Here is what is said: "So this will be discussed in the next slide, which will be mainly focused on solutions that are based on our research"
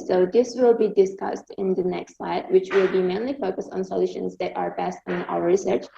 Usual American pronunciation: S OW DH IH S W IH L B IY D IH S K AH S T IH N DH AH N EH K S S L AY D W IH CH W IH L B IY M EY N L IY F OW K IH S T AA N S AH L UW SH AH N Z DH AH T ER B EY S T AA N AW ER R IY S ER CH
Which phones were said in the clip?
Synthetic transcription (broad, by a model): S OW DH IH S W IH L B IY D IH S K AH S T IH N DH AH N EH K S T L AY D W IH CH W IH L B IY M EY N L IY F OW K IH S T N S AH L UW SH AH N Z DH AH T ER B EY S T N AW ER R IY S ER CH